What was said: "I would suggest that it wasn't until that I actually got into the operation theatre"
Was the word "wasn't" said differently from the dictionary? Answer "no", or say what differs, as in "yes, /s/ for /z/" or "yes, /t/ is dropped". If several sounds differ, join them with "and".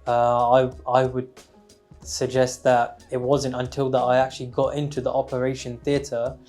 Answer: no